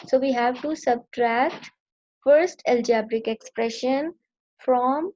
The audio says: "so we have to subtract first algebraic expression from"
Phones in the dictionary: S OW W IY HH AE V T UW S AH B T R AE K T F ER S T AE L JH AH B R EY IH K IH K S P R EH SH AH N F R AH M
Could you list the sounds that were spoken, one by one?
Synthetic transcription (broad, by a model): S OW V IY HH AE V T UW S AH B T R AE K T F ER S T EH L JH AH B R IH K IH K S P R EH SH AH N F R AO M